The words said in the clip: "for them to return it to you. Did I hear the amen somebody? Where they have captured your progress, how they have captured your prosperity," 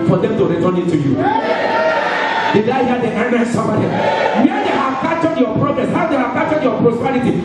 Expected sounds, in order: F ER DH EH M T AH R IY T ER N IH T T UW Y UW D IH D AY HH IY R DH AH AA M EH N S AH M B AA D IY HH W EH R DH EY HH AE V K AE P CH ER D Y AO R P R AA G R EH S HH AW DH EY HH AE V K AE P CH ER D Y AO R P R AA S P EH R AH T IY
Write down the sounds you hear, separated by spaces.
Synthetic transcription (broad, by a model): F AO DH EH M T AH R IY T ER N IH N T UW Y UW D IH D AY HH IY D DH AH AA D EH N S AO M AA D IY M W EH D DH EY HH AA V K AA CH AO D Y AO P R AA G R EH S HH AW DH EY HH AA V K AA CH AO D Y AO P R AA S P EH R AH T IY